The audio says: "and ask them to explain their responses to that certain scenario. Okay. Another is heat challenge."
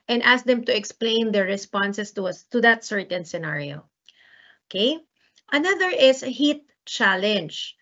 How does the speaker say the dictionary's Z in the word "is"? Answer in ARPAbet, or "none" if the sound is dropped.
S